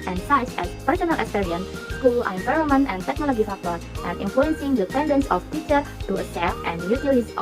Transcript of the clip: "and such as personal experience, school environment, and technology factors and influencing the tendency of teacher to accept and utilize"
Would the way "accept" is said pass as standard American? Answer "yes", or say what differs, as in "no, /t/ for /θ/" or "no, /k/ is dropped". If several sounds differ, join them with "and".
no, /k/ is dropped